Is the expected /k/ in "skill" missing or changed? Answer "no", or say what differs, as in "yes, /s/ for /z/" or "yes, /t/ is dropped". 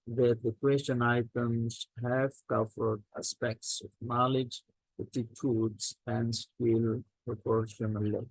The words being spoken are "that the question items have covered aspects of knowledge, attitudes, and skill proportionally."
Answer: yes, /k/ is dropped